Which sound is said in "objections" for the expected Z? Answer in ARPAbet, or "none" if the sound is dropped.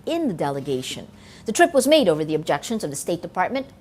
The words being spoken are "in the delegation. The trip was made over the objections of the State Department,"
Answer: Z